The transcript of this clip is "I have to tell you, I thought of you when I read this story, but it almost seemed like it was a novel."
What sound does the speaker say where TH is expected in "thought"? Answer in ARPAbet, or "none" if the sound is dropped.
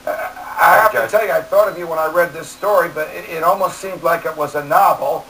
TH